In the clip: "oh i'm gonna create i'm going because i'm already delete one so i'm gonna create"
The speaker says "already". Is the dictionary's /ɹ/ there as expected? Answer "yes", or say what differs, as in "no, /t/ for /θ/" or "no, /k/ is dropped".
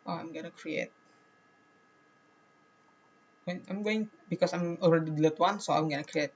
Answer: no, /l/ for /ɹ/